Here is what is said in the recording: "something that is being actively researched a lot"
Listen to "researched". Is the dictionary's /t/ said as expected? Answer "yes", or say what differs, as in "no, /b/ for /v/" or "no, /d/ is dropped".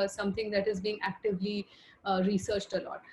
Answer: yes